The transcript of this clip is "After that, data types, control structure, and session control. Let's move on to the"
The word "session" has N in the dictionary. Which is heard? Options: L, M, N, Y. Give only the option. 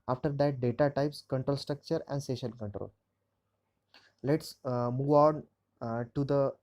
L